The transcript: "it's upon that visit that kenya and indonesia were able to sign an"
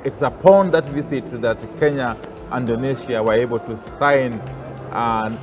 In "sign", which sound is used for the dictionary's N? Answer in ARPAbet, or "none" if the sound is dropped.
none